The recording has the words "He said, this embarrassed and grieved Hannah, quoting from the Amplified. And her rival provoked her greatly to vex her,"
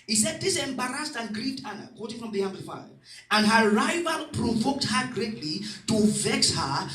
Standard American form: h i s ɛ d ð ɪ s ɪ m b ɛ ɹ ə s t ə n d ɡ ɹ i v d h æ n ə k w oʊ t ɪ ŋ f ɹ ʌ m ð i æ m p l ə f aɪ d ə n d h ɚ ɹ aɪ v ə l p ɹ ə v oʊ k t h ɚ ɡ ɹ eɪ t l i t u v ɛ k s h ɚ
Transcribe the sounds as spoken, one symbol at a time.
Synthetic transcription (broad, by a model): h i s ɛ d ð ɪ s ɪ m b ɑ ɹ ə s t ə n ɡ ɹ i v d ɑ n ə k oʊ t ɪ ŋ f ɹ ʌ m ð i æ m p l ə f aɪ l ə n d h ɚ ɹ aɪ v ə l p ɹ ə v oʊ k t h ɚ ɡ ɹ eɪ t l i t u v ɛ k s h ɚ